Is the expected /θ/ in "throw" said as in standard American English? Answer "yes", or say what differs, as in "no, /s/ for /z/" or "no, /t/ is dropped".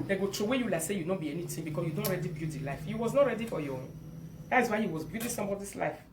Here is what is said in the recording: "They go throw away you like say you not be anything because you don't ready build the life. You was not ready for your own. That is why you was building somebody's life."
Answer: no, /t/ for /θ/